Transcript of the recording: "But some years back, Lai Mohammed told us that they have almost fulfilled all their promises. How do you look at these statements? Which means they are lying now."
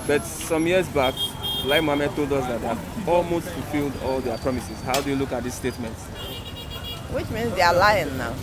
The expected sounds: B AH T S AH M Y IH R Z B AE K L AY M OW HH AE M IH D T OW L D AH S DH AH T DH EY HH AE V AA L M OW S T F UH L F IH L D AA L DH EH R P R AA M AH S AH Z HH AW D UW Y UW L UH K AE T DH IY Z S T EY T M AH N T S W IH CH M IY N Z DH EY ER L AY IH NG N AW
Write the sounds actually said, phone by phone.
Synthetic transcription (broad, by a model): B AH T S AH M Y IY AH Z B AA K L AY M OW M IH T OW L D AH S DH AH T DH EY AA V AA L M OW S T F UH L F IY L D AA L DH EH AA P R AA M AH S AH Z HH AW D UW Y UW L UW K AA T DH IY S T EY T M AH N T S W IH CH M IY N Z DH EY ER L AY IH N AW